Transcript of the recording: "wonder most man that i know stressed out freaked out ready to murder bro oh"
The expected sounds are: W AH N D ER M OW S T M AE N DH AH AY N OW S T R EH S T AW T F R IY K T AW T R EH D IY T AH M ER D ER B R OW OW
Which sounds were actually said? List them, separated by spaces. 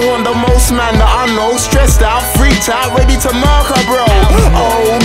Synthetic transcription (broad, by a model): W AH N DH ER M OW S T M AE N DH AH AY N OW S T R EH S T AW T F R IY T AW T R EH D IY T AH M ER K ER B R OW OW